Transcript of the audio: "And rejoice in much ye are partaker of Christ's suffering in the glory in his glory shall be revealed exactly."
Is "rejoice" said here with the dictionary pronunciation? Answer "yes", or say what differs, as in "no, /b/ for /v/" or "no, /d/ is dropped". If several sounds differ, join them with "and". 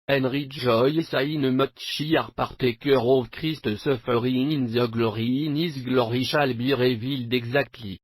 no, /ʒ/ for /dʒ/